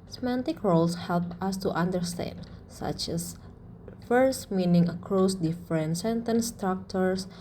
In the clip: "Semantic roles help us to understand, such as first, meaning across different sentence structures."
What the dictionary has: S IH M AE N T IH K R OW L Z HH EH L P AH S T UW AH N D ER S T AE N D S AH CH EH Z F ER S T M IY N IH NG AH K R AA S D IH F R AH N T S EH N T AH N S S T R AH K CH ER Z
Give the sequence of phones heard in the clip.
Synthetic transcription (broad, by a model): S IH M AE N T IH K R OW L S HH EH L P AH S T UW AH N D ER S T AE N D S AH CH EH S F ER S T M IY N IH NG AH K R AA S D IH F R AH N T S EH N T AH N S S T R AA K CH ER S